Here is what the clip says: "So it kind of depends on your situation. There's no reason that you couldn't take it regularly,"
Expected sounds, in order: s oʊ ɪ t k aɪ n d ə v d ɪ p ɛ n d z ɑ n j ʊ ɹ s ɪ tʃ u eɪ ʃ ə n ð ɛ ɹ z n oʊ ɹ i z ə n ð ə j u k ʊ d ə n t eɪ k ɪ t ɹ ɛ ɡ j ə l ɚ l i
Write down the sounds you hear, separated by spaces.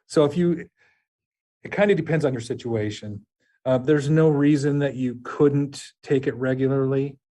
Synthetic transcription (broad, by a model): s oʊ ɪ t k aɪ n d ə d ɪ p ɛ n d z n j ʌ ɹ s ɪ tʃ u eɪ ʃ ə n ð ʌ ɹ z n oʊ ɹ i z ə n ð ə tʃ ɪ k ʊ d n t eɪ k ɪ t ɹ ɛ ɡ j l ɚ l i